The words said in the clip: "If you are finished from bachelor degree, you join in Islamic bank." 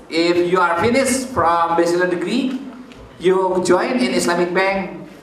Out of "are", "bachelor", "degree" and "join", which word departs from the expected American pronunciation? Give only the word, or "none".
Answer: bachelor